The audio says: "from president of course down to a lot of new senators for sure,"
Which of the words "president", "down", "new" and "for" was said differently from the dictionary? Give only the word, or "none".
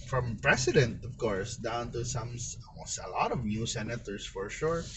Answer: president